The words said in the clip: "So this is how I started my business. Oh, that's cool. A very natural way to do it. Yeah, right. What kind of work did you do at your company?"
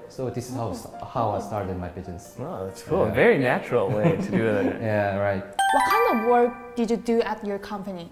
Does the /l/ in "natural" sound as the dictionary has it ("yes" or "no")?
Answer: yes